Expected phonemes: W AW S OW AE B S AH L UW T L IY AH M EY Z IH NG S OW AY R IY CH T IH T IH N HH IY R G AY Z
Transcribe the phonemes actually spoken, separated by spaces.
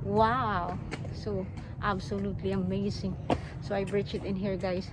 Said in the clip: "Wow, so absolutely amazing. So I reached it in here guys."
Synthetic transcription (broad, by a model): W AW S OW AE B S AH L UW T L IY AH M EY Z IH NG S OW AY R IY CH IH T IH N HH IY R G AY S